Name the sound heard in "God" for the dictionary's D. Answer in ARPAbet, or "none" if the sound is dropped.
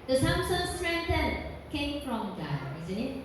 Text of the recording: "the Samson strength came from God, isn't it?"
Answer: none